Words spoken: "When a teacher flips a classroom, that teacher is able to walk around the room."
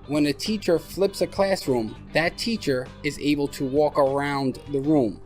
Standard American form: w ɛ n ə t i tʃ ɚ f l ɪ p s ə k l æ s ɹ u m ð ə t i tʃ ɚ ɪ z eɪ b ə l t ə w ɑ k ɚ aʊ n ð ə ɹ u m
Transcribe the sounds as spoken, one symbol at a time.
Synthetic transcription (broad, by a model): w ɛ n ə t i tʃ ɚ f l ɪ p s ə k l æ s ɹ u m ð ə t i tʃ ɚ ɪ z eɪ b ə l t ə w ɑ k ɚ aʊ n ð ə ɹ u m